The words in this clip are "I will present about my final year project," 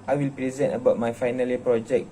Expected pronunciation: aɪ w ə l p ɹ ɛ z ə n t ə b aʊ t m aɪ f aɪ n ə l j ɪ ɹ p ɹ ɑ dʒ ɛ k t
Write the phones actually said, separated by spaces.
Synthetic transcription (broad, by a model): aɪ w ə l p ɹ ɛ z ə n t ə b aʊ t m aɪ f aɪ n ə l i p ɹ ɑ dʒ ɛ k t